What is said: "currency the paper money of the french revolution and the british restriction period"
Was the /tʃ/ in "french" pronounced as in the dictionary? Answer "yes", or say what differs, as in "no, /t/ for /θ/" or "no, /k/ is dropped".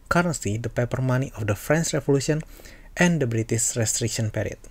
no, /s/ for /tʃ/